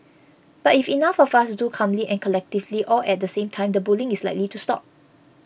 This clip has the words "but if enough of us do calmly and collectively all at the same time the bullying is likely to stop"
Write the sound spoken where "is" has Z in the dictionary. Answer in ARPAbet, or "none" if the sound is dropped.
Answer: S